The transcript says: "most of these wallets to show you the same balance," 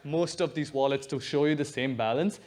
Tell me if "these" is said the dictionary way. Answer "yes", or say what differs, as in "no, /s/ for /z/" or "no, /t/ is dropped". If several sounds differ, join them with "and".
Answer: yes